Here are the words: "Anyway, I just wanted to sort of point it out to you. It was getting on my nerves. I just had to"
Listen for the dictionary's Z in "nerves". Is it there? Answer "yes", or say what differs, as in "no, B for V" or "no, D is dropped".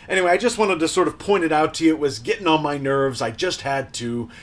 yes